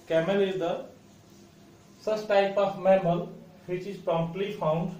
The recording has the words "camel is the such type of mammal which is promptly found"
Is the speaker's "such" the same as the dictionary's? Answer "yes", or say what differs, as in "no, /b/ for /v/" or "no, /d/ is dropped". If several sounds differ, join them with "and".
no, /s/ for /tʃ/